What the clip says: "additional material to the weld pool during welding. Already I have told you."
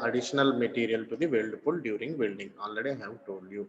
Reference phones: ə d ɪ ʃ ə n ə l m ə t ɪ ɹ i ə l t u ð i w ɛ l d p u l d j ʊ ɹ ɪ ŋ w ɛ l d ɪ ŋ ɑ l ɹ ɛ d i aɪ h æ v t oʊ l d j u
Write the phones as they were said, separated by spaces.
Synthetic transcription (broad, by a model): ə d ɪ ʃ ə n ə l m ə t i ɹ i ə l t u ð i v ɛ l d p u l d j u ɹ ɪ ŋ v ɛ l d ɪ ŋ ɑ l ɛ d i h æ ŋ t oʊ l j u